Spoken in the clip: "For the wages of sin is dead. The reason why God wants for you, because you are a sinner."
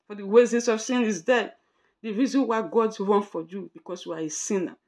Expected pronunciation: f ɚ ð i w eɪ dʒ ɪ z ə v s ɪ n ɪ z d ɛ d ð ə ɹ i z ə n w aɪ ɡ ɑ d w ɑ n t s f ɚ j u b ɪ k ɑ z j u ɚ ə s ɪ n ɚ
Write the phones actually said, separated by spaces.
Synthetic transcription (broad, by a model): f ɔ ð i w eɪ z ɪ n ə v s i n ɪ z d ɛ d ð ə ɹ i z ə n w aɪ ɡ ɑ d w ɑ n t f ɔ j u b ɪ k ɑ s j u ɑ ə s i n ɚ